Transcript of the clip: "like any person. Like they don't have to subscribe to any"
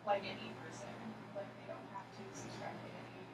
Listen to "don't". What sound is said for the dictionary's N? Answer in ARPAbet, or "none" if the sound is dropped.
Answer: N